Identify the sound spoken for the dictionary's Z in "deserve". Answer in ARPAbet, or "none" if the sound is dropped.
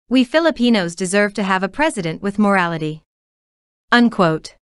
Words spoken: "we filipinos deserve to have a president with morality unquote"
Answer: Z